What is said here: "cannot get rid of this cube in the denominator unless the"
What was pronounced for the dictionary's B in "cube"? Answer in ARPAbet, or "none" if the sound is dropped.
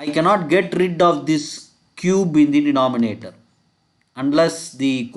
B